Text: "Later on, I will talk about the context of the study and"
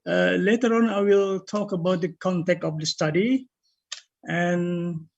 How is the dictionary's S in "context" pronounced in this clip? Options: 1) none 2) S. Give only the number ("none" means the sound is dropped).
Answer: 1